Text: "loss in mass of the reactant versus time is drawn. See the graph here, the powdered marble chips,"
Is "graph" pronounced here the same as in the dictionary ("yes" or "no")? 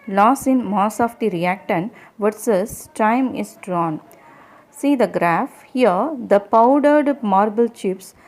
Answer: yes